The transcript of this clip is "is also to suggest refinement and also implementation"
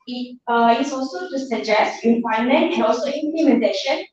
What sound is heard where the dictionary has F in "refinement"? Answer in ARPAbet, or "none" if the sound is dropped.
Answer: P